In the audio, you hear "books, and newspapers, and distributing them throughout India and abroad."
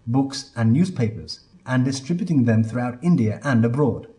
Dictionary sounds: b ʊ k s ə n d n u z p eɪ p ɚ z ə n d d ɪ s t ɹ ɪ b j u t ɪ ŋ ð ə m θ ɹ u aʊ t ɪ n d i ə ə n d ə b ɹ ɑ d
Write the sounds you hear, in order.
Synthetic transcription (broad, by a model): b ʊ k s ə n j u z p eɪ p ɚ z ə n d d ɪ s t ɹ ɪ b j u t ɪ ŋ ð ə m θ ɹ u aʊ t ɪ n d i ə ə n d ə b ɹ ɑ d